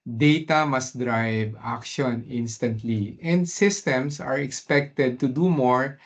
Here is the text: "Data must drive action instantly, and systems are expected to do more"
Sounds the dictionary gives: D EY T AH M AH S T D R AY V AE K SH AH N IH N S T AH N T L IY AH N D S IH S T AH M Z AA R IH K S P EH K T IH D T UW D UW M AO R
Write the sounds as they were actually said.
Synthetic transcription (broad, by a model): D EY T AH M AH S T D R AY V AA K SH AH N IH N S T AH N T L IY AH N D S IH S T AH M S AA R IH K S P EH K T IH D T UW D UW M AO R